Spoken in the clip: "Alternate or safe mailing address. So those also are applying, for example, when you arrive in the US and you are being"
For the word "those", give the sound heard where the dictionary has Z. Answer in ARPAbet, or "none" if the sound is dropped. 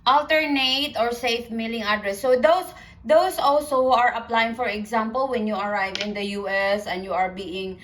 S